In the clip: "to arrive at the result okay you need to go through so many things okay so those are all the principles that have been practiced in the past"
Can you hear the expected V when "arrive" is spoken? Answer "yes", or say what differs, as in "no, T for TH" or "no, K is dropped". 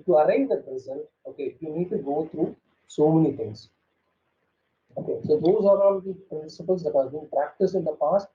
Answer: no, V is dropped